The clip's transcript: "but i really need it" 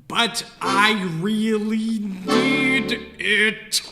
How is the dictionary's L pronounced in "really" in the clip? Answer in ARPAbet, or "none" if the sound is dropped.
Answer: L